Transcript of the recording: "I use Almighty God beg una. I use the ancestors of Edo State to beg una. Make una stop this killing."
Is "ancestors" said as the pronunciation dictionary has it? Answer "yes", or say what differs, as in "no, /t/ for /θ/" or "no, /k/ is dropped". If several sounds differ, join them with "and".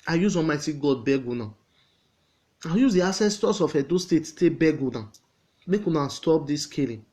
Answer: no, /n/ is dropped and /s/ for /z/